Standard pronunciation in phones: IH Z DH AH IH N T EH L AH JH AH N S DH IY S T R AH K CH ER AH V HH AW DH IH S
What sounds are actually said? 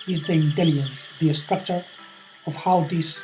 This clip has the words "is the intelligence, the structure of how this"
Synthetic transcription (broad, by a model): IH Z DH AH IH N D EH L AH AH N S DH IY S T R AH K CH ER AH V HH AW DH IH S